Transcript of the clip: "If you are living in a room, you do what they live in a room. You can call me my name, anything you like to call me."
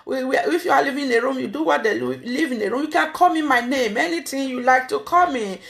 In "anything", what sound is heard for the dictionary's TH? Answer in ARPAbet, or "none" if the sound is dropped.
T